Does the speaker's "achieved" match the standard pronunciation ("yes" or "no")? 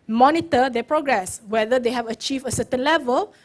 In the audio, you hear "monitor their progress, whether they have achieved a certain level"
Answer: no